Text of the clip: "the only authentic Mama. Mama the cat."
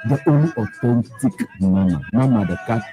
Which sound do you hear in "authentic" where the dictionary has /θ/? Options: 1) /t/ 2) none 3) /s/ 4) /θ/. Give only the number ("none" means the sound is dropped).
1